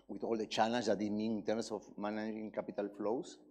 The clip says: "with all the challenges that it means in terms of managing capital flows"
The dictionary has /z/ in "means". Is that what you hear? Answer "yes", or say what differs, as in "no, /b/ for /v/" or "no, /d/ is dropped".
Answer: no, /z/ is dropped